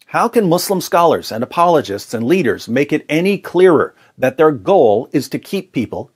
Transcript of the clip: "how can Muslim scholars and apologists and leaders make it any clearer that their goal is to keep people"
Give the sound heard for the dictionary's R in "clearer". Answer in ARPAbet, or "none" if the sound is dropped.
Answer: R